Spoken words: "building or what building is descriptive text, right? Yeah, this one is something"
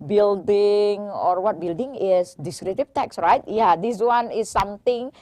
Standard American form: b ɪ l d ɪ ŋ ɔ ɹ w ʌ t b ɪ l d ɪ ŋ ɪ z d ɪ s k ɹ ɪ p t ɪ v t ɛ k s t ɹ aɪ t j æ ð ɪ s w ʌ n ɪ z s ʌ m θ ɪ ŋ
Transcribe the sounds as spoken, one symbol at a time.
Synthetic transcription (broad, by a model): b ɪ l d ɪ ŋ ɔ ɹ w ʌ t b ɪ l d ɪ ŋ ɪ s d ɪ s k ɹ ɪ t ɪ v t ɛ k s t ɹ aɪ t j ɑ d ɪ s w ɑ n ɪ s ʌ m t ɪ ŋ